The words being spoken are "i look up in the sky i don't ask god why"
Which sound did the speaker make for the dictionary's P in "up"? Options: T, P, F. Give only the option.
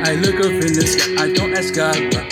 F